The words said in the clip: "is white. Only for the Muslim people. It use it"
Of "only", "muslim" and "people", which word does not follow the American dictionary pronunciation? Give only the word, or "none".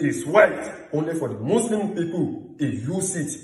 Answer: muslim